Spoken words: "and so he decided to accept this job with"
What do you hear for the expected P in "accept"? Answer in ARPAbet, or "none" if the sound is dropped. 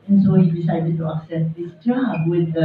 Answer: none